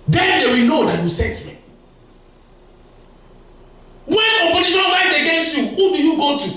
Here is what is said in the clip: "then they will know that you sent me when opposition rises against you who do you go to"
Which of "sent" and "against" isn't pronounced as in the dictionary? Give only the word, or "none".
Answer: sent